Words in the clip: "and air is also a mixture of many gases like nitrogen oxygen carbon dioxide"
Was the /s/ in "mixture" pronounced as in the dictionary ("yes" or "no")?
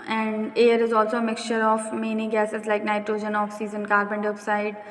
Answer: yes